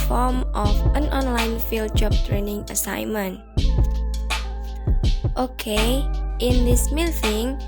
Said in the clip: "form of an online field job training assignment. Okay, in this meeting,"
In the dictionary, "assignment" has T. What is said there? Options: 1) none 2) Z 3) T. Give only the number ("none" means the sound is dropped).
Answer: 3